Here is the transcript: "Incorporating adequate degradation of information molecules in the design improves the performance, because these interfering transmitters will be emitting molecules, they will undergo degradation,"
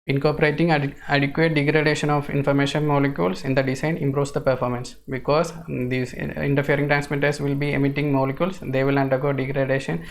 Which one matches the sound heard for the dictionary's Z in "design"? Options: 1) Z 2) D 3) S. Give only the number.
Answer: 3